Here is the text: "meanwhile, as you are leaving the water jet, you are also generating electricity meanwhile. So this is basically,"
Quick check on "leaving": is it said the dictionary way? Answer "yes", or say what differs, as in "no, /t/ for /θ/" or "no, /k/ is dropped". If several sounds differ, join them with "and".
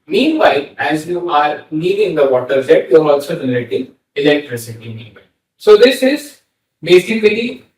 no, /n/ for /l/